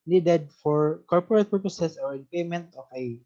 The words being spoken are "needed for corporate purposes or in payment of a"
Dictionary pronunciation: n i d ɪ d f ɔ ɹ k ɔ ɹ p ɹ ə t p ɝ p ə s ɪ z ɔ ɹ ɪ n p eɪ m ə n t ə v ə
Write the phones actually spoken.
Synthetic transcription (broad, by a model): n i d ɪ d f ɔ ɹ k ɔ ɹ p ɹ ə t p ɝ p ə s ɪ s ɔ ɹ ɪ n p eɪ m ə n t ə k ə